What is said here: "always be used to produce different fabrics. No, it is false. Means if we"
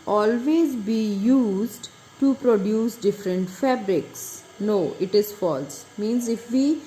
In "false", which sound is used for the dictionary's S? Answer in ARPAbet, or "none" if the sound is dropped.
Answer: S